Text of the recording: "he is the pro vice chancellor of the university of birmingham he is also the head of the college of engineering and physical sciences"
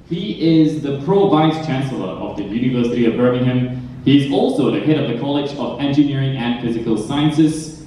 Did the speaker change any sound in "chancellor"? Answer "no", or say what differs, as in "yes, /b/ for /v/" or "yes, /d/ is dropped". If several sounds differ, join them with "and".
no